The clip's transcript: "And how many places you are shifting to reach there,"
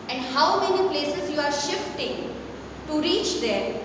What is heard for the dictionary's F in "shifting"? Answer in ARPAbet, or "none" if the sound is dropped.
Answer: F